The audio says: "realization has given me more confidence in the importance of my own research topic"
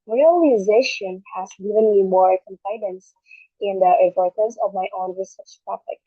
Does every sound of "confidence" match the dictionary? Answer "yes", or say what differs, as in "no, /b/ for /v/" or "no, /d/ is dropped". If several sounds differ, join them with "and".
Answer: no, /p/ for /f/